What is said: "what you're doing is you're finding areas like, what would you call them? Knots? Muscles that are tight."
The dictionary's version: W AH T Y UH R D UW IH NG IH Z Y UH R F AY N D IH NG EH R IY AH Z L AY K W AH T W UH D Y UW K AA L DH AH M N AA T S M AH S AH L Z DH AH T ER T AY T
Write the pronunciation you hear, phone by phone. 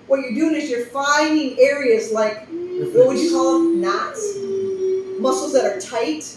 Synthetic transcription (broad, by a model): W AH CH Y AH R D UW IH NG IH Z Y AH R F AY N IH NG EH R IY AH Z L AY K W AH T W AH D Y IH K AA L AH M N AA T S M AH S L Z DH AH T ER T AY T